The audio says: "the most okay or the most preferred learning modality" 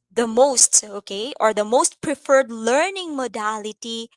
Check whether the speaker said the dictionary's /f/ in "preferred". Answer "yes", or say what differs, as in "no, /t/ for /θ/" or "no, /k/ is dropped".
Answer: yes